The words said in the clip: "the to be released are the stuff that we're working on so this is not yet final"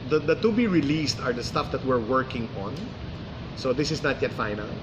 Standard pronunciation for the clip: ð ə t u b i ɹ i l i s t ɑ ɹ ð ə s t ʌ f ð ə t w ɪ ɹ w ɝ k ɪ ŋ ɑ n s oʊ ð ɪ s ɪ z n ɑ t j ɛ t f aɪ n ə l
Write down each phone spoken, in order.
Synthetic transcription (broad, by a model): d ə t u b i ɹ i l i s t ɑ ɹ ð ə s t ʌ f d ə t w ɪ ɹ w ɝ k ɪ ŋ ɑ n s oʊ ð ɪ s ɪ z n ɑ t j ɛ t f aɪ n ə l